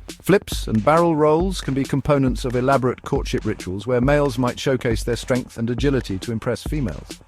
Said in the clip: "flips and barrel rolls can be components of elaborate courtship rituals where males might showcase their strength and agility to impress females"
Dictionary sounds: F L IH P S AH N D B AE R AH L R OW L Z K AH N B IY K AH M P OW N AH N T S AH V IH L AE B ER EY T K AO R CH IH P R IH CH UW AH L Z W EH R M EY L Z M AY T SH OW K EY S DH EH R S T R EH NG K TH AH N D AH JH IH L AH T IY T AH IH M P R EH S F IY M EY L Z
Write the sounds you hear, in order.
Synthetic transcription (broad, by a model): F L IH P S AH N B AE R AH L R OW L Z K AH N B IY K AH M P OW N AH N T S AH V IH L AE B ER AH T K AO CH IH P R IH CH UW AH L Z W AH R M EY L Z M AY T SH OW K EY S DH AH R S T R EH NG K TH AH N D AH JH IH L AH T IY T AH IH M P R EH S F IY M EY L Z